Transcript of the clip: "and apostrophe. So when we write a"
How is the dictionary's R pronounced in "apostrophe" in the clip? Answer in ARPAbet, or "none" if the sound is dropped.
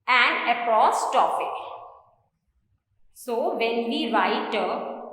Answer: none